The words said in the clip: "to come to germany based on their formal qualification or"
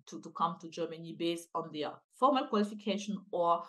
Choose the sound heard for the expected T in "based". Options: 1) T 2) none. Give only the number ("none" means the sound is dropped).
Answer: 2